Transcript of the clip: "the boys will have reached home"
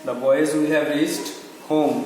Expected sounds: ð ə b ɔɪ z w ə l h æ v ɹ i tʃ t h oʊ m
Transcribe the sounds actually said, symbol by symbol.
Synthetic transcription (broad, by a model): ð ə b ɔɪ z w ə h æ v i s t h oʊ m